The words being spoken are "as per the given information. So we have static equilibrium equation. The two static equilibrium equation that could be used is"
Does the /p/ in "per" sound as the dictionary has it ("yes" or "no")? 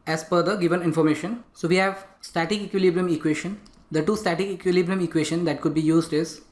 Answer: no